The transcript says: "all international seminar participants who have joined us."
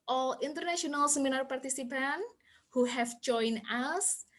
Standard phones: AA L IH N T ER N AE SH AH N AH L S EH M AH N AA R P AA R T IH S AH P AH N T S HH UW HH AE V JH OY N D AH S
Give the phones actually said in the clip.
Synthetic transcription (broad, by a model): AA L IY N T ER N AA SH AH N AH L S EH M AH N AA R P AA R T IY S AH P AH N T HH UW HH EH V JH OY N AH S